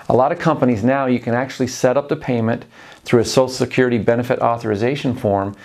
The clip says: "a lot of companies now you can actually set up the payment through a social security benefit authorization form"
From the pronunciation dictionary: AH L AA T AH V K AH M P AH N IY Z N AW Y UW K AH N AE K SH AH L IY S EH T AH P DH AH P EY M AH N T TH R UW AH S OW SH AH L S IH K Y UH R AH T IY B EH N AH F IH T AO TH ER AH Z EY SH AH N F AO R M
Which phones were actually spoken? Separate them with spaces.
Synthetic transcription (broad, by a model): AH L AA T AH V K AH M P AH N IY Z N AW Y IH K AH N AE K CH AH L IY S EH T AH P DH AH P EY M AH N TH R UW AH S OW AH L S IH K Y UH R AH T IY B EH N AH F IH T AO TH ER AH Z EY SH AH N F AO R M